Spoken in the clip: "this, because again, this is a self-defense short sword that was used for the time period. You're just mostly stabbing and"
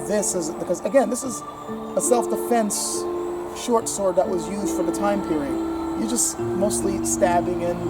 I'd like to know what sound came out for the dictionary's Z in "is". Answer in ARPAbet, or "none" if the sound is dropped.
Z